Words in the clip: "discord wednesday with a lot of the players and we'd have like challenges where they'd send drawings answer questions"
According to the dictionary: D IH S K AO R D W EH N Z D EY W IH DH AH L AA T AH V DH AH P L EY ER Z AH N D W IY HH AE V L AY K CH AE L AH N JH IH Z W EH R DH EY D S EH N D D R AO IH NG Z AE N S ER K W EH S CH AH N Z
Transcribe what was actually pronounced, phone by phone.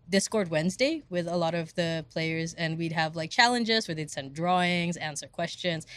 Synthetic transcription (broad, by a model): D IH S K AO R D W EH N Z D EY W IH DH AH L AA T AH V DH AH P L EY ER Z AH N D W IY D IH V L AY K CH AE L AH N JH IH Z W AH R DH EY D S EH N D D R AO IH NG Z AE N S ER K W EH S CH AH N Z